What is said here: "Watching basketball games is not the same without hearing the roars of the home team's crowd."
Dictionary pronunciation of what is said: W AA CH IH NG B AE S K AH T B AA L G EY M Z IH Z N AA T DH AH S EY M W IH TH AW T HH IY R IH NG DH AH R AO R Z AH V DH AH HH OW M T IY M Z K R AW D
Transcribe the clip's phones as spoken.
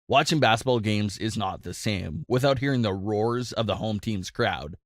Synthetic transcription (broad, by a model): W AA CH IH NG B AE S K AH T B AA L G EY M Z IH Z N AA T DH AH S EY M W IH TH AW T HH IY R IH NG DH AH R AO R Z AH V DH AH HH OW M T IY M Z K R AW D